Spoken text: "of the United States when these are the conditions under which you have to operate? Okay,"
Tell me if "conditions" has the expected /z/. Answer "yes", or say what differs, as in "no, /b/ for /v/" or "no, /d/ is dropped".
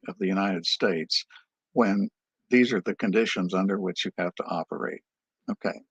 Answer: yes